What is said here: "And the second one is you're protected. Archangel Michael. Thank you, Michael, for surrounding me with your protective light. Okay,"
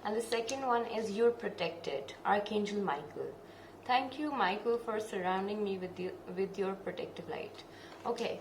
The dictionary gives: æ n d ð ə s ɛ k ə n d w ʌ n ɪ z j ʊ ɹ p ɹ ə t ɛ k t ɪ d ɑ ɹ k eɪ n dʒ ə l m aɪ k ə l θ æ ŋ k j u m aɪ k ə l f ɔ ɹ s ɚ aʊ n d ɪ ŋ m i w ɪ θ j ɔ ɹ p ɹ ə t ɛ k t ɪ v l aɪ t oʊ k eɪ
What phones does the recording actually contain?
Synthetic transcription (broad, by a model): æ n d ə s ɛ k ə n d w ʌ n ɪ z j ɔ ɹ p ɹ ə t ɛ k t ɪ d ɑ ɹ k eɪ n dʒ ə l m aɪ k ə l t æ ŋ k j u m aɪ k ə l f ɔ ɹ s ɚ aʊ n d ɪ ŋ m i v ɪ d j ɔ ɹ p ɹ ə t ɛ k t ɪ v l aɪ t oʊ k eɪ